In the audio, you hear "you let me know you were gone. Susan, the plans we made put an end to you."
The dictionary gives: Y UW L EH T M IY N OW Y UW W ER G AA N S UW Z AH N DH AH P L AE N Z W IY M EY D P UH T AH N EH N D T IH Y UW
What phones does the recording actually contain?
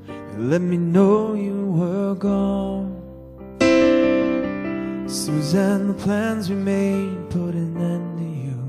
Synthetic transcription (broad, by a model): L EH T M IY N OW Y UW W ER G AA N S UW Z AH N DH AH P L AE N Z W IY M EY D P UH T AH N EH N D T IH Y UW